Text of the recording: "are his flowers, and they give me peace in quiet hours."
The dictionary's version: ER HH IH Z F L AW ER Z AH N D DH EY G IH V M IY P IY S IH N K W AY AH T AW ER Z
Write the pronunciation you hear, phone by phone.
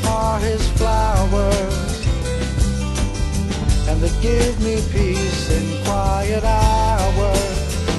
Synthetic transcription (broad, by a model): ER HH IH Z F L AW ER Z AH N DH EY G IH V M IY P IY S IH N K W AY AH T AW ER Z